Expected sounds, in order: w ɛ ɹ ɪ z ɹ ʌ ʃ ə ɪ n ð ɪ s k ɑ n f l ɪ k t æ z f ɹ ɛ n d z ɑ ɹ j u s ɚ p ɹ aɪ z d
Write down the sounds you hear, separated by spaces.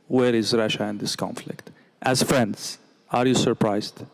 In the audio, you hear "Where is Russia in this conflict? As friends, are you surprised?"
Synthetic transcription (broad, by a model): w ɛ ɹ ɪ z ɹ ʌ ʃ ə ɪ n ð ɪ s k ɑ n f l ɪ k t æ z f ɹ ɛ n d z ɑ ɹ j u s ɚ p ɹ aɪ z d